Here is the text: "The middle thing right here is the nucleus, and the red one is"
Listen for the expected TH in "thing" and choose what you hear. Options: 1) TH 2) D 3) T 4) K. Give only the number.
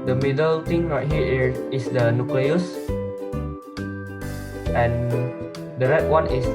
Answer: 3